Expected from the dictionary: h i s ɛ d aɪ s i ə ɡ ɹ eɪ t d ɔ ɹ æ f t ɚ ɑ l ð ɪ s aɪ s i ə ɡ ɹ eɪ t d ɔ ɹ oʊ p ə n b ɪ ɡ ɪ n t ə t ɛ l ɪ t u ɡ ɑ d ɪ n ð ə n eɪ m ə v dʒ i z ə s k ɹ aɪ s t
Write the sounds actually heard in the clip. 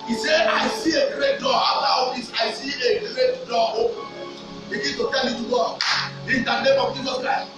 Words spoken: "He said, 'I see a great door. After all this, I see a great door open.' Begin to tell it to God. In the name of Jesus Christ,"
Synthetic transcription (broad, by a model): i s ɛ aɪ s i ə ɡ ɹ eɪ t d ɔ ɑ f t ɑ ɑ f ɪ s aɪ s i ə ɡ ɹ eɪ t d ɔ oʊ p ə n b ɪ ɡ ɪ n t ə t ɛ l ɪ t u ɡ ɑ ɪ n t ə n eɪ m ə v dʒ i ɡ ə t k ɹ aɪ